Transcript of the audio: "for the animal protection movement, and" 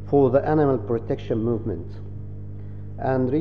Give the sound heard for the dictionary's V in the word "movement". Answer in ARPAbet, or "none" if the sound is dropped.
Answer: V